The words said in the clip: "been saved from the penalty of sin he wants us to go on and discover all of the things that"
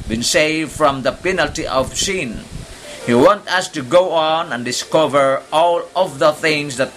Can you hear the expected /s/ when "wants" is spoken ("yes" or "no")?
no